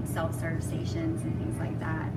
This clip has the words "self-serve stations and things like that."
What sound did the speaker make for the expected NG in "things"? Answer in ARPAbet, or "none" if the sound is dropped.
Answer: NG